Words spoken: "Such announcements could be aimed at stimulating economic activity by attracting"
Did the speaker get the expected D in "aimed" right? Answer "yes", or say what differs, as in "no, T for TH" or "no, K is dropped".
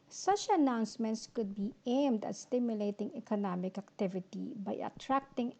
yes